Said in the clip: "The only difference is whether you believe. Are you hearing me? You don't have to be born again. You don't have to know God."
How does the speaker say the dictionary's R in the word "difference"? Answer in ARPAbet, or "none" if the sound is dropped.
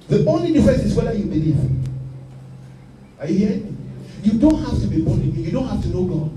none